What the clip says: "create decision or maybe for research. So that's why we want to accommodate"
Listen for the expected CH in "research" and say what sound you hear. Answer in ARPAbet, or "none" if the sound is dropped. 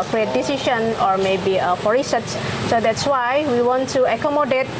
S